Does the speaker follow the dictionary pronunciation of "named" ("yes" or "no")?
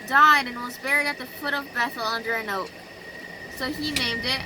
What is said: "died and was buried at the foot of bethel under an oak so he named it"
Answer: yes